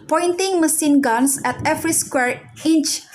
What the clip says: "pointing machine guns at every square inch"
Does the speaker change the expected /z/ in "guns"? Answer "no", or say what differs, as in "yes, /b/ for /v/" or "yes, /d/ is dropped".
yes, /s/ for /z/